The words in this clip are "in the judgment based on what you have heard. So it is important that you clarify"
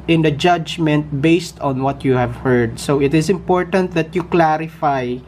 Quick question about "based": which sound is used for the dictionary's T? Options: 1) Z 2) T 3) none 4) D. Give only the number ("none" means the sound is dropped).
2